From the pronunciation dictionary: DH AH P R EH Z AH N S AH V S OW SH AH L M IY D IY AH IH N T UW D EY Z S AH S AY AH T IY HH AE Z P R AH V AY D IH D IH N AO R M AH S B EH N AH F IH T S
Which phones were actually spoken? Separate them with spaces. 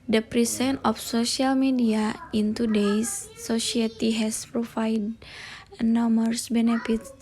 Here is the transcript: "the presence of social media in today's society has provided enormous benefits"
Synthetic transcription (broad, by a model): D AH P R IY S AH N AH F S OW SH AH L M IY D IY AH IH N T UW D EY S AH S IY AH T IY HH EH S P R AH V AY D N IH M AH R S B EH N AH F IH T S